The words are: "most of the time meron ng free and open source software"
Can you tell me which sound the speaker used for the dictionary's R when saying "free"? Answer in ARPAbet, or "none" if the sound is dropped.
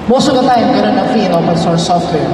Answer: none